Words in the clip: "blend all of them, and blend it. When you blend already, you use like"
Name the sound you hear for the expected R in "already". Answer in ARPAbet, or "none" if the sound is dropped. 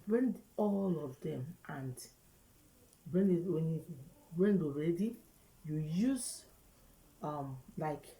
R